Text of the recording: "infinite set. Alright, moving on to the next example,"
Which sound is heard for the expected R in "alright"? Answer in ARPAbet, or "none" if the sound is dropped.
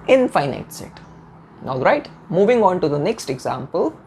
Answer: R